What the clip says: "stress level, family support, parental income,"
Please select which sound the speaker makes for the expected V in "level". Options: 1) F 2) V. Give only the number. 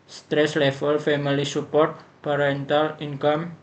1